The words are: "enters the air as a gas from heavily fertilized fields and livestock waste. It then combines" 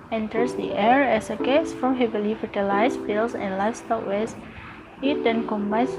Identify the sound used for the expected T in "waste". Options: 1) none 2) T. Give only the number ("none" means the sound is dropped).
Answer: 1